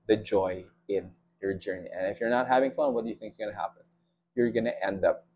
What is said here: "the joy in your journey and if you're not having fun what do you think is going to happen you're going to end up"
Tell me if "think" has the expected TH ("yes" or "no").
yes